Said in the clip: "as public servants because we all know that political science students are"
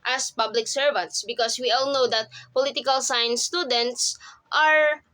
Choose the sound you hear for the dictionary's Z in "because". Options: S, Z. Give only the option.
S